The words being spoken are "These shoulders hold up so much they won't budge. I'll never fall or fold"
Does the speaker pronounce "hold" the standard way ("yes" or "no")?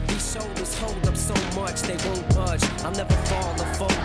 yes